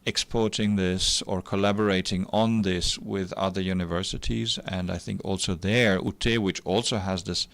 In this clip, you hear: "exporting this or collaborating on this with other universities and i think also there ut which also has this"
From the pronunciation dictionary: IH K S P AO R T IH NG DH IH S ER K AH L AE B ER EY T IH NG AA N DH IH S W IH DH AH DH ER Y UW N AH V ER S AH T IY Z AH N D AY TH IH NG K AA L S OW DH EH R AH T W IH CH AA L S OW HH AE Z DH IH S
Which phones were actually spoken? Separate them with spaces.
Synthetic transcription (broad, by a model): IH K S P AO R T IH NG DH IH S ER K AH L AE B ER EY T IH NG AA N DH IH S W IH DH AH DH ER Y UW N AH V ER S AH T IY Z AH N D AY TH IH NG K AA L S OW DH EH R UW T W IH CH AA L S OW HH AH Z DH IH S